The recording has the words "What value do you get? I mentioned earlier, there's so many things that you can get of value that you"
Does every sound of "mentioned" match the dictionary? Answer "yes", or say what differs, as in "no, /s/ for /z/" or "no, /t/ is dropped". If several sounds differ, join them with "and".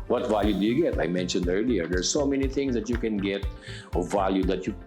yes